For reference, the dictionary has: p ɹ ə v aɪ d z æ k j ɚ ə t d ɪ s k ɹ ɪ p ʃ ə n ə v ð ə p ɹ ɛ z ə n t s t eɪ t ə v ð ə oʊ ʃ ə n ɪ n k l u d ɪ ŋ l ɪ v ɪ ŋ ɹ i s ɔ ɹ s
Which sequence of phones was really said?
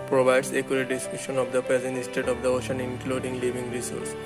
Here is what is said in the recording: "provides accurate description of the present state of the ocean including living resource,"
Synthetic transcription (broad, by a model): p ɹ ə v aɪ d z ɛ k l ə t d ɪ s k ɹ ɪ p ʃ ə n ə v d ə p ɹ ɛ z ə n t s t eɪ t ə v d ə oʊ ʃ ə n ɪ n k l u d ɪ ŋ l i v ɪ ŋ ɹ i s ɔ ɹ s